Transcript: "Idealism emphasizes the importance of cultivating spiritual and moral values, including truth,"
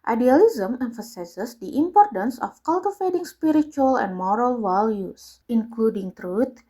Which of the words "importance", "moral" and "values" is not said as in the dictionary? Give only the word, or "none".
values